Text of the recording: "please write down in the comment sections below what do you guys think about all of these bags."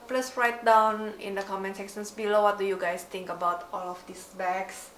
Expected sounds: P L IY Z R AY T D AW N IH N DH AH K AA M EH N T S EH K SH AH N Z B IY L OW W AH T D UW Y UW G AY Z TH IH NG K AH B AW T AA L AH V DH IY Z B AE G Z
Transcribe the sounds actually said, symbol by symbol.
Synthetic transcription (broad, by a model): P L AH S R AY T D AW N IH N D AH K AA M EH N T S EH SH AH N S B IY L OW W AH T D UW Y UW G AY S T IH NG K AH B AW T AA L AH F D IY S B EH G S